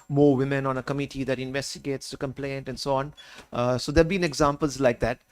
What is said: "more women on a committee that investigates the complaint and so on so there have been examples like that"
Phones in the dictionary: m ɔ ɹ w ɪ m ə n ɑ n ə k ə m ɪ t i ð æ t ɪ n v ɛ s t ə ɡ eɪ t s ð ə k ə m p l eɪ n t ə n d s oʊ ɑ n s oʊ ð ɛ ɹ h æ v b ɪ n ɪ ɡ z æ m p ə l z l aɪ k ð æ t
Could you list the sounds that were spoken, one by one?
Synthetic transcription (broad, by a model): m ɔ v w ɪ m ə n ɑ n ə k ə m ɪ t i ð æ t ɪ n v ɛ s t ə ɡ eɪ t s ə k ə m p l eɪ n t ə n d s oʊ ɑ n s oʊ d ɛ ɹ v b ɪ n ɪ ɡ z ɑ m p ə l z l aɪ k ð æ t